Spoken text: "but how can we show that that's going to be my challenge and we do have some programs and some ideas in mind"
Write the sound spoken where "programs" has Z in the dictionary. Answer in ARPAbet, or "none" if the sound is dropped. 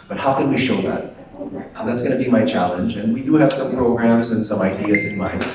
Z